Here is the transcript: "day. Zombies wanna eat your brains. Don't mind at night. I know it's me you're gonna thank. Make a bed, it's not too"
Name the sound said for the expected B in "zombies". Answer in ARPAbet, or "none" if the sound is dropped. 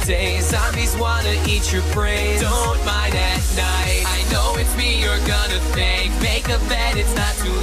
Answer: none